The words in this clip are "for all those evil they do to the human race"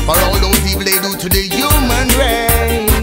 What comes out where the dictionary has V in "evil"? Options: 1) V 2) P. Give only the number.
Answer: 2